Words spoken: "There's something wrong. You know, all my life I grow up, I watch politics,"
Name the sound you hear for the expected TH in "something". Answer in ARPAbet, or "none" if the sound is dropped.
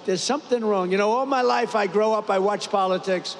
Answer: TH